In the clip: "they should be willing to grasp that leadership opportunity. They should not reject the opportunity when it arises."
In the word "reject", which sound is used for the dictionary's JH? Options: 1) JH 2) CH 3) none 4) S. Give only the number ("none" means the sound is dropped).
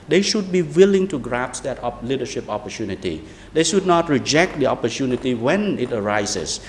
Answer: 1